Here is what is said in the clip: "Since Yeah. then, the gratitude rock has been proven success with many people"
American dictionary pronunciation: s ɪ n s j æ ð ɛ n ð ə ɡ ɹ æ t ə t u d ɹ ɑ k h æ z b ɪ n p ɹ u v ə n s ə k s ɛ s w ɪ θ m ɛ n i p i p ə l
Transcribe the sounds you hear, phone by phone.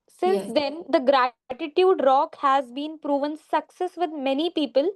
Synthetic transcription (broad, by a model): s ɪ n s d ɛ n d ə ɡ ɹ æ t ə t u d ɹ ɑ k h æ z b ɪ n p ɹ u v ə n s ə k s ɛ s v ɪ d m ɛ n i p i p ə l